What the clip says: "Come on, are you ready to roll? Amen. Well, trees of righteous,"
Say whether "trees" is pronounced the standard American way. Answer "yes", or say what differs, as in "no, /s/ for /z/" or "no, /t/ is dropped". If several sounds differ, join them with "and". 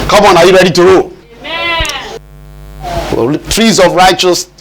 yes